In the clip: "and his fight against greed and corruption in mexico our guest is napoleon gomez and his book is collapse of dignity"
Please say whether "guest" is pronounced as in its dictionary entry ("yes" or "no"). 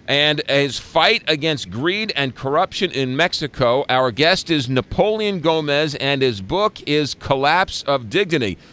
yes